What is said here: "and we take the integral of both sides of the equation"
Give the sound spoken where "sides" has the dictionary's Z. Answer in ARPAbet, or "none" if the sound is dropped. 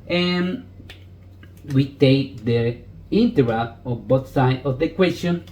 none